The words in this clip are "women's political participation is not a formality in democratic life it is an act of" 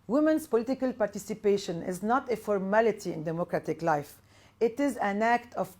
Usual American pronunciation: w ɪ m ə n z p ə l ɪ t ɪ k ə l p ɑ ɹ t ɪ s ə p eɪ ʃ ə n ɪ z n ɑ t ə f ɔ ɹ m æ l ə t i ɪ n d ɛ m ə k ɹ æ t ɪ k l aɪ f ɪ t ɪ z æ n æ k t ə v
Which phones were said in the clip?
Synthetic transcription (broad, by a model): w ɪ m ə n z p ə l ɪ t ɪ k ə l p ɑ ɹ t ɪ s ə p eɪ ʃ ə n ɪ z n ɑ t ə f ɔ ɹ m æ l ə t i ɪ n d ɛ m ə k ɹ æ t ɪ k l aɪ f ɪ t ɪ z æ n æ k t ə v